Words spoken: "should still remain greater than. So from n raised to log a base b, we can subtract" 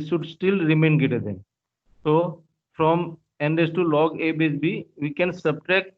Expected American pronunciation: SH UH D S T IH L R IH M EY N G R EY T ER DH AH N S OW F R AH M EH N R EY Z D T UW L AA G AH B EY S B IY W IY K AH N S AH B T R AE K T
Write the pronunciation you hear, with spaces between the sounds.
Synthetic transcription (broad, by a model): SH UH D S T IH L R IH M EY N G EY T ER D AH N S OW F R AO M EH N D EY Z T UW L AA G AH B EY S B IY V IY K AH N S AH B T R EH K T